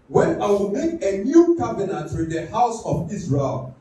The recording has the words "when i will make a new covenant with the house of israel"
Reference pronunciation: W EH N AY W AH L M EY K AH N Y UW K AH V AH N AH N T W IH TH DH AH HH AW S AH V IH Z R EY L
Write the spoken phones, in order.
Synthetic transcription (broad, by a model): W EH N AY W AH L M EY K AH N Y UW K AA B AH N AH T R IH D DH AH HH AW S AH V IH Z R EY L